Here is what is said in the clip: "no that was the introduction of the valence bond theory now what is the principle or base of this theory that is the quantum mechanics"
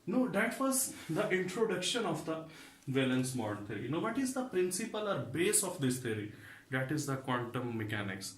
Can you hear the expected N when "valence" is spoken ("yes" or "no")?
yes